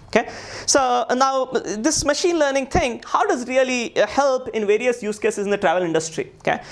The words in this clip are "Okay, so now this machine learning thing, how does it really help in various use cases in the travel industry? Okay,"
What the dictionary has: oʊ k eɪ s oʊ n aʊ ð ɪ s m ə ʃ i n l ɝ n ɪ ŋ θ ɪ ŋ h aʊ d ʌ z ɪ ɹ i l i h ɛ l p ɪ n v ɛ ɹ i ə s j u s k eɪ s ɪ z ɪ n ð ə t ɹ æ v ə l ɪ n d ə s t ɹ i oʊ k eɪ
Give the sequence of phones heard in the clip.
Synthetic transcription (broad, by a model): oʊ k eɪ s oʊ n aʊ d ɪ s m ə ʃ i n l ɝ n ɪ ŋ t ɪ ŋ h aʊ d ʌ z ɹ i l i h ɛ l p ɪ n v ɛ ɹ i ə s j u s k eɪ s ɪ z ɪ n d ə t ɹ æ v ə l ɪ n d ə s t ɹ i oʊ k eɪ